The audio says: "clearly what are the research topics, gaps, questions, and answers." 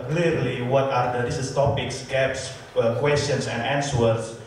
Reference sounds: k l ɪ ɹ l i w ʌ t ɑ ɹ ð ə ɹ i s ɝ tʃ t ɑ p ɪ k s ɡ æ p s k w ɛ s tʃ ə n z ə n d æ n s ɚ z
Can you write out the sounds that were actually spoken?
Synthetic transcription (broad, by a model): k l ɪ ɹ l i w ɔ t ɑ ɹ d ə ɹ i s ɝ s t ɑ p ɪ k s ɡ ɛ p s k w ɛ s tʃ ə n s ə n d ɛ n s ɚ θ